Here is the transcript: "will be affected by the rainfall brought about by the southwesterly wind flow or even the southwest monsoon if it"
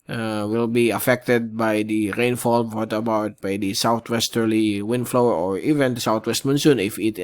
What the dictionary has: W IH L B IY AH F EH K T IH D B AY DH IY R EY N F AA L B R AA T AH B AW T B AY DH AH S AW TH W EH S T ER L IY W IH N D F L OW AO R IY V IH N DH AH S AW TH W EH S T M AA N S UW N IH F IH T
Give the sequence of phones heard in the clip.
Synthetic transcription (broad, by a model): W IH L B IY AH F EH K T IH D B AY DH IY R EY N F AA L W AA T AH B AW T B AY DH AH S AW T W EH S T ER L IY W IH N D F L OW AO R IY V IH N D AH S AW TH W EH S T M AA N S UW N IH F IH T